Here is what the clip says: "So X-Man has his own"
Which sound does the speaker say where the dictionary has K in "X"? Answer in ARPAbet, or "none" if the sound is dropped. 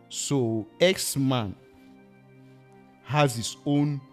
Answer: K